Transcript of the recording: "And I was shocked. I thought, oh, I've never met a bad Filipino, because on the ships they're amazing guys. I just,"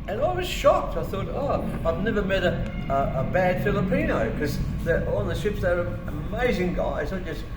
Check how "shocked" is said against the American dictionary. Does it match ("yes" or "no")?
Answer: yes